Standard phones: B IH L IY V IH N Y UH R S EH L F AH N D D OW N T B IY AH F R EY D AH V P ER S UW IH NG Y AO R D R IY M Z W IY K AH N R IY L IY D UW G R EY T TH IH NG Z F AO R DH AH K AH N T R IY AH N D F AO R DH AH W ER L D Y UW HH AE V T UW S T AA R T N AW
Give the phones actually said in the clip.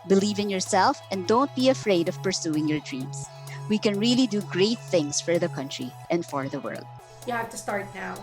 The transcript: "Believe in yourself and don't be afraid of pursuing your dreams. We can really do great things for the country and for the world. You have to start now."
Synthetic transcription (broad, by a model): B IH L IY V IH N Y UH R S EH L F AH N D D OW N T B IY AH F R EY D AH V P ER S UW IH NG Y AO R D R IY M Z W IY K AH N R IY L IY D UW G R EY T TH IH NG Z F AO R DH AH K AH N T R IY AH N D F AO R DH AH W ER L D Y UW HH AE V T UW S T AA R T N AW